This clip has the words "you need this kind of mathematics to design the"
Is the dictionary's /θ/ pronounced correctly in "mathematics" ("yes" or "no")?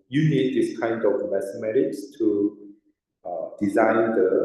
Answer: no